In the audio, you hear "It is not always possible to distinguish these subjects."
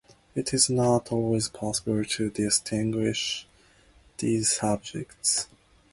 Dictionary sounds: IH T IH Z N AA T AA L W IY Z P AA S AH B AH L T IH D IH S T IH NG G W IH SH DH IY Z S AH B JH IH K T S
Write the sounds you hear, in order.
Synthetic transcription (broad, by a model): IH T IH Z N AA T AA L W IY Z P AA S AH B AH L T IH D IH S T IH NG G W IH SH DH IY Z S AH B JH IH K T S